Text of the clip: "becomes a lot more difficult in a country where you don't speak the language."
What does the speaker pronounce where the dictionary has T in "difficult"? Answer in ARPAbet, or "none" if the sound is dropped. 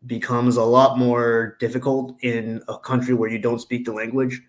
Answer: T